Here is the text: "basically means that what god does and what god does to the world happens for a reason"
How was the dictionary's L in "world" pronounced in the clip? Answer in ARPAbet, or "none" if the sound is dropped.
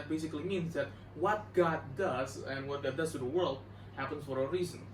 L